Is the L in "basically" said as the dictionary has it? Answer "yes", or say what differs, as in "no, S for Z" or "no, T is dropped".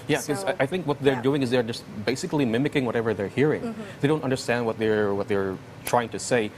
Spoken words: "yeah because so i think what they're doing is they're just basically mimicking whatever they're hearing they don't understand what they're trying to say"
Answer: yes